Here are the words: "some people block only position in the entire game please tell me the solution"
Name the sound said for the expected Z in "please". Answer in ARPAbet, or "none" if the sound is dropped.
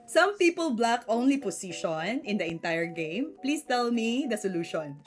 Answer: S